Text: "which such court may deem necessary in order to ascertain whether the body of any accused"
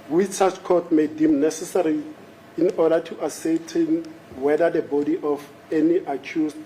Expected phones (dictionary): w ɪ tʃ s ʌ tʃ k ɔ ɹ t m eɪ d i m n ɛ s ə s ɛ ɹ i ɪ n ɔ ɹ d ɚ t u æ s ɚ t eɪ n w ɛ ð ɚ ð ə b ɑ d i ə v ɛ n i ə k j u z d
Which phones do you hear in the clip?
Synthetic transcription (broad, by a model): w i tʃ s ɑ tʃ k ɔ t m eɪ d i m n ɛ s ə s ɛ ɹ i ɪ n ɔ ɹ d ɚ t u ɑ s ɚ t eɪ n w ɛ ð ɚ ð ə b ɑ d i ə f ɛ n i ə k j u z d